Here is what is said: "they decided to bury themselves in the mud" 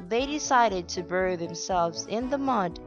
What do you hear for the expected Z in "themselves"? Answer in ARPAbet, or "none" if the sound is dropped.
Z